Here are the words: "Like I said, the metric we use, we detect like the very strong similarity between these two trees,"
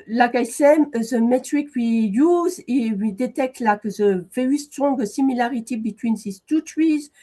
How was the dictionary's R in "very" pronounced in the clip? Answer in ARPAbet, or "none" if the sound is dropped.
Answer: none